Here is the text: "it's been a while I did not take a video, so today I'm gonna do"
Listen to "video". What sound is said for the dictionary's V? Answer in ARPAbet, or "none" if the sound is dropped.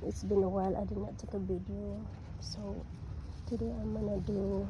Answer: B